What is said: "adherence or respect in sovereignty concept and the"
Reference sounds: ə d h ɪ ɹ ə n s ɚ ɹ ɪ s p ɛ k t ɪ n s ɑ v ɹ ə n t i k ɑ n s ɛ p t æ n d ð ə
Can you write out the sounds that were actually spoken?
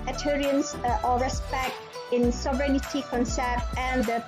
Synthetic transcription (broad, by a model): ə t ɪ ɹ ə n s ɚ ɹ ɪ s p ɛ k t ɪ n s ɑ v ɹ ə n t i k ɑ n s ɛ t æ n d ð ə